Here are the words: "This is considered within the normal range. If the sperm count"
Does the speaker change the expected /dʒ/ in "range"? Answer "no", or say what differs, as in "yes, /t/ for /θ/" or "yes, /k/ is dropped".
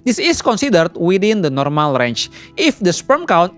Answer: yes, /tʃ/ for /dʒ/